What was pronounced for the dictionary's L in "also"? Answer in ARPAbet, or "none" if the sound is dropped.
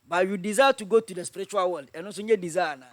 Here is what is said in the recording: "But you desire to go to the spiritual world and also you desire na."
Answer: none